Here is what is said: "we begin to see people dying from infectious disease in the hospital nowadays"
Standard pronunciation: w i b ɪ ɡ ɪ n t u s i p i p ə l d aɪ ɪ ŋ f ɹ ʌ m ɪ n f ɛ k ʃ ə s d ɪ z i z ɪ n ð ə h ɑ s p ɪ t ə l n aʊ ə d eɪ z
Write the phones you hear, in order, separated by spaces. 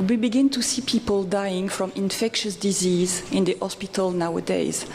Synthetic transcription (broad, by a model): w i b ɪ ɡ ɪ n t u s i p i p ə l d aɪ ɪ ŋ f ɹ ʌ m ɪ n f ɛ k ʃ ə s d ɪ z i z ɪ n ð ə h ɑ s p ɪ t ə l n aʊ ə d eɪ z